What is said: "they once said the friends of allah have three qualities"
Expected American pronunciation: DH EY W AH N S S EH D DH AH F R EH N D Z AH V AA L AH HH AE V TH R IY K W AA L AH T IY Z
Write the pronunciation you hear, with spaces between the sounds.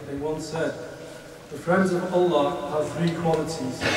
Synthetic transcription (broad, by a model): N W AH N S S EH D DH AH F R EH N D Z AH V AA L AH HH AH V TH R IY K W AA L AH T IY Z